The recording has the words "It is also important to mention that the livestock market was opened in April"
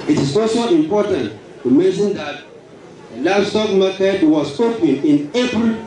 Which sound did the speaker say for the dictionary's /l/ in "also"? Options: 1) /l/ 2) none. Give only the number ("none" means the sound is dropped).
2